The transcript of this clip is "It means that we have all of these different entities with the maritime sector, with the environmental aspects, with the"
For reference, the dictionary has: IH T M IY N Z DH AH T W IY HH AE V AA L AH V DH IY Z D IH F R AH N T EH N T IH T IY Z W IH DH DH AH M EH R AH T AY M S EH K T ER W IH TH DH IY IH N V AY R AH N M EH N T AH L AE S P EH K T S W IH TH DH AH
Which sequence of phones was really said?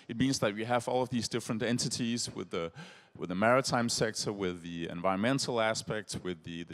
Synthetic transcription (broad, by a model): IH T M IY N Z DH AH T W IY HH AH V AA L AH V DH IY Z D IH F R AH N T EH N T IH T IY Z W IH DH DH AH M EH R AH T AY M S EH K T ER W IH DH IY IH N V AY R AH N M EH N T L AE S P EH K T S W IH DH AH